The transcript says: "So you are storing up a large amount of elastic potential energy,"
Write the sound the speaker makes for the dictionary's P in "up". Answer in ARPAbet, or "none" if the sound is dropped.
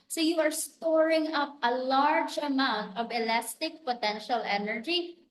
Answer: P